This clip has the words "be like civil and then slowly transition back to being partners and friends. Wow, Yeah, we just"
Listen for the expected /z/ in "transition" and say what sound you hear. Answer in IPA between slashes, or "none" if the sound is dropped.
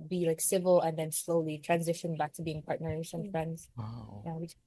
/z/